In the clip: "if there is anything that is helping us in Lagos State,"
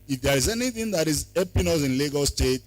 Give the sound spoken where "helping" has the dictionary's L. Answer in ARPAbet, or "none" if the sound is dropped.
none